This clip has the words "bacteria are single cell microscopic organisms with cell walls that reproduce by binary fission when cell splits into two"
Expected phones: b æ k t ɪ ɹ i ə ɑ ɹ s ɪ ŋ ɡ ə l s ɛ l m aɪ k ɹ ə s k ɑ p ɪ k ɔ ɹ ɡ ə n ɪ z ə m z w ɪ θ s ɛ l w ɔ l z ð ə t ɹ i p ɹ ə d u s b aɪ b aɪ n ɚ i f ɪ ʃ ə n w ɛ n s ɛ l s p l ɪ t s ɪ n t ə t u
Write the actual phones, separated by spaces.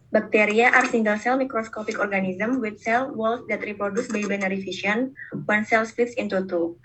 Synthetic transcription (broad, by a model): b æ k t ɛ ɹ i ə ɑ ɹ s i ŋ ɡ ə l s ɛ l m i k ɹ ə s k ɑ p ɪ k ɔ ɹ ɡ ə n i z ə m w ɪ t s ɛ l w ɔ l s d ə t ɹ i p ɹ ə d u s b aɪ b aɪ n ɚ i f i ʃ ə n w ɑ n s ɛ l s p ɪ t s ɪ n t ə t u